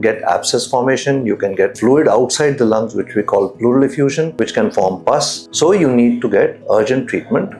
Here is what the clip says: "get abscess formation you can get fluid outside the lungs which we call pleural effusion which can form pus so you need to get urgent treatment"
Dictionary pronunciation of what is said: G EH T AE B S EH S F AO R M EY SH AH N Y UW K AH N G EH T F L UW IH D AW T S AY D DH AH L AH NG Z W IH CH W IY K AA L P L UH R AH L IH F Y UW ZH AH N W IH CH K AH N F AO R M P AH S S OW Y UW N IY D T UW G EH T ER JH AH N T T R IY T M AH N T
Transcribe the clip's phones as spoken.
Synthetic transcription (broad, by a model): G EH T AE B S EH S F AO R M EY SH AH N Y UW K AH N G EH T F L UW IH D AW T S AY D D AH L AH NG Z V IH CH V IY K AA L P L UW R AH L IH F Y UW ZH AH N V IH CH K AH N F AO R M P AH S S OW Y UW N IY D T UW G EH T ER JH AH N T T R IY T M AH N T